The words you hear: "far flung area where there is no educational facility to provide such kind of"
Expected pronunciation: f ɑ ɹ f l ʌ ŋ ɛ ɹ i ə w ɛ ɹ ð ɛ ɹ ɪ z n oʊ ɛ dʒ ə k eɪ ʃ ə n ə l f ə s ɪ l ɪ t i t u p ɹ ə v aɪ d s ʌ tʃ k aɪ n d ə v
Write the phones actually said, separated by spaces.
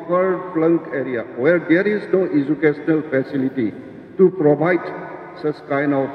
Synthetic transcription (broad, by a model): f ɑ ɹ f l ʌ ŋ ɛ ɹ i ə w ɛ ɹ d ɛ ɹ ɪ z n oʊ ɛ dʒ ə k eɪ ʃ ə n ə l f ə s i l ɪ t i t u p ɹ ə b aɪ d s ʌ s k aɪ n ə